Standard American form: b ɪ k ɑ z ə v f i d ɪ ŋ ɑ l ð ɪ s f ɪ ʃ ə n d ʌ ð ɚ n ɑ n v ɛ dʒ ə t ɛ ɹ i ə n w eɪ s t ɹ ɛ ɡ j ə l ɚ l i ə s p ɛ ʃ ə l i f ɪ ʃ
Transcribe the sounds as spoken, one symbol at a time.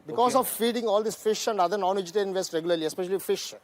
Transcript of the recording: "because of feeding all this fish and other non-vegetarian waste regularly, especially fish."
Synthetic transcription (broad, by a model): b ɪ k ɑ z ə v f i d ɪ ŋ ɑ l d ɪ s f ɪ ʃ ə n d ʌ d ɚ n ɑ n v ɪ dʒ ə t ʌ l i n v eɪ s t ɹ ɛ ɡ j ə l ɚ l i ə s p ɛ ʃ ə l i f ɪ ʃ